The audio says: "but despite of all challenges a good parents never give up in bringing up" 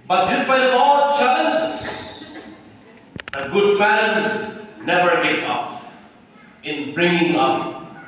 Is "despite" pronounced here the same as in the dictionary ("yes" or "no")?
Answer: no